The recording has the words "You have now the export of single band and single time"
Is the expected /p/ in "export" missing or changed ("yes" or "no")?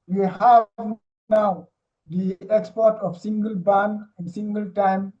no